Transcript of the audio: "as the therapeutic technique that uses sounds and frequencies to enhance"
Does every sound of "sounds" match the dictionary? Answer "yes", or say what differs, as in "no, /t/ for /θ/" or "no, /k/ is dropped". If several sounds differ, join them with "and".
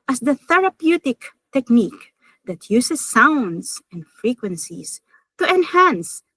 no, /s/ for /z/